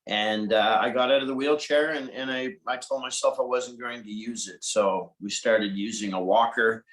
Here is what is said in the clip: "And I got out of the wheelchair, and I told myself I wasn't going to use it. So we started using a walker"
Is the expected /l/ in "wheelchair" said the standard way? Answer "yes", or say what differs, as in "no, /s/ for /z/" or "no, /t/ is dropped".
yes